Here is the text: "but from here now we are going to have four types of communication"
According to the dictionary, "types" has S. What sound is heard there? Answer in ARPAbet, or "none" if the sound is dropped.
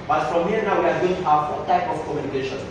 none